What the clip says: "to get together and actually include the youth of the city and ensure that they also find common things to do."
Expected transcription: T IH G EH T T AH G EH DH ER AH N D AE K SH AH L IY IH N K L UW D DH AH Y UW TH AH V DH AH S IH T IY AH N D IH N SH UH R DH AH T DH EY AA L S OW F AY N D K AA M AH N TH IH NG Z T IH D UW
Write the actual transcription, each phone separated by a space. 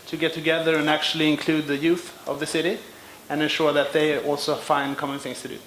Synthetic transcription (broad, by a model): T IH G EH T T AH G EH DH ER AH N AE K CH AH L IY IH N K L UW D DH AH Y UW TH AH V DH AH S IH T IY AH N IH N SH UH R DH AH T DH EY AA L S OW F AY N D K AA M AH N TH IH NG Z T IH D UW